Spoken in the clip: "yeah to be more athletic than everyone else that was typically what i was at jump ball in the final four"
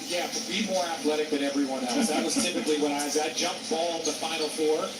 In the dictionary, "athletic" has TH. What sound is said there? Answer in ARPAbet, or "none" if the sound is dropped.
TH